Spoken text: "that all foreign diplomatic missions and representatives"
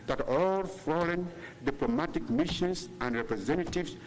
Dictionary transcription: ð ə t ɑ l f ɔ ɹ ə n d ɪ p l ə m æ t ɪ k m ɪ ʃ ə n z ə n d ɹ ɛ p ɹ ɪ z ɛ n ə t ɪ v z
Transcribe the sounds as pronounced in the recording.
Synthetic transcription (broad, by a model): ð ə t ɑ l f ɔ l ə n d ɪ p l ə m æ t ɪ k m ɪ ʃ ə n s ə n d ɹ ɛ p ɹ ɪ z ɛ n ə t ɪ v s